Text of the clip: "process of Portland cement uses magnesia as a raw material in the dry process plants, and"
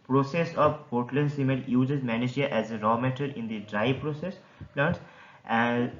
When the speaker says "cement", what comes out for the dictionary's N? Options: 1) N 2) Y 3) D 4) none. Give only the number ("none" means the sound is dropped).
4